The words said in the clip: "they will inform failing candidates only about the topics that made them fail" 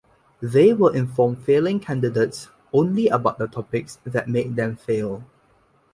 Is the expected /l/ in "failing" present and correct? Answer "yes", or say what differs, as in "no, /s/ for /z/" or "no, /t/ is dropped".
yes